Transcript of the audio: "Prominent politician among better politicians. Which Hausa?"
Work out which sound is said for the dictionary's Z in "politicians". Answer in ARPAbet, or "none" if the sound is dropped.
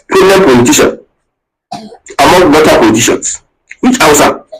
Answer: S